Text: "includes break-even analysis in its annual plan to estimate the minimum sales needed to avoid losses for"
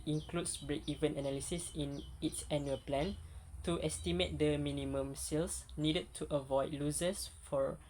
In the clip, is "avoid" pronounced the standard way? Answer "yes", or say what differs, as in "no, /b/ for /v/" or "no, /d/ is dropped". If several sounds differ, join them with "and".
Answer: yes